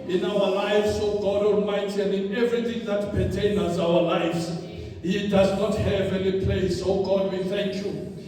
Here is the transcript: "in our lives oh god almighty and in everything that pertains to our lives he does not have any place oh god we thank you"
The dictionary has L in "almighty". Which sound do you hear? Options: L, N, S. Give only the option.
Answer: N